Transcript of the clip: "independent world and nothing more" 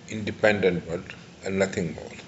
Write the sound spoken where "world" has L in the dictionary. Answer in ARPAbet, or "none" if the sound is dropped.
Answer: none